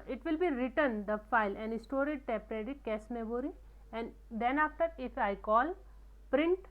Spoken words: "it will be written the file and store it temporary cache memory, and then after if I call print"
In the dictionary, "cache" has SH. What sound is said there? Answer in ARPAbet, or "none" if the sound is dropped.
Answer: S